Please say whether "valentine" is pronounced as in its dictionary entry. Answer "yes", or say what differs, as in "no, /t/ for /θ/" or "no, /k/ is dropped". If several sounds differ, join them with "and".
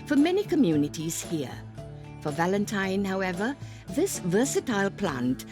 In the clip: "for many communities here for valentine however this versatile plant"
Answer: yes